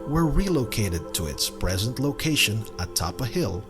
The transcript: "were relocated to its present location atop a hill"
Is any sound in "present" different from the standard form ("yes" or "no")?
no